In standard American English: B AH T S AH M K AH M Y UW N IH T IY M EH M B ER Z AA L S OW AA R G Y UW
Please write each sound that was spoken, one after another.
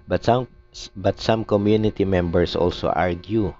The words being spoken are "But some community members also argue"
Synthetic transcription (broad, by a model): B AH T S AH M K AH M Y UW N IH T IY M EH M B ER S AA L S OW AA R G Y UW